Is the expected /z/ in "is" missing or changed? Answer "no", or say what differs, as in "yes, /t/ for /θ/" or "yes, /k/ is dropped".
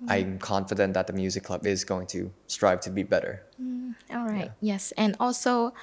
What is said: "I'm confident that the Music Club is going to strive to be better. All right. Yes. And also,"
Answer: no